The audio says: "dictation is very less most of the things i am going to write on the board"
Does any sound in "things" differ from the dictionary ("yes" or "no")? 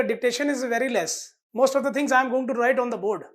yes